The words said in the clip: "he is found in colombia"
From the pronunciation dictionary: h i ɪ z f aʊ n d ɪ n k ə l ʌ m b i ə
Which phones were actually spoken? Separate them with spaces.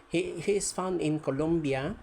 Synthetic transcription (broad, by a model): h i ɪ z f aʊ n ɪ n k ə l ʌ m b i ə